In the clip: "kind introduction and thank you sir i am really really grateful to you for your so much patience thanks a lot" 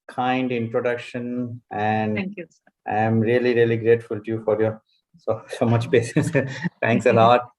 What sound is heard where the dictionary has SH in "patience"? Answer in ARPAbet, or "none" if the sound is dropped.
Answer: S